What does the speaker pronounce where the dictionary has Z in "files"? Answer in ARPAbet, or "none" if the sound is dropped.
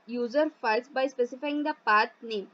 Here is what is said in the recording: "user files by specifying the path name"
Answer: S